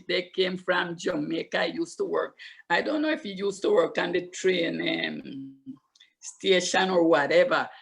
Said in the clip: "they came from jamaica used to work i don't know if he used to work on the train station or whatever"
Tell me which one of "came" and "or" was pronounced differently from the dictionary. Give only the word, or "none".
none